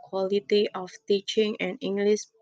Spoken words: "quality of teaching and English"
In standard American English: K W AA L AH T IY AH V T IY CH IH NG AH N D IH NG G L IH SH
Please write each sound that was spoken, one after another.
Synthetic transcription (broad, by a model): K W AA L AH T IY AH F T IY CH IH NG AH N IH NG G L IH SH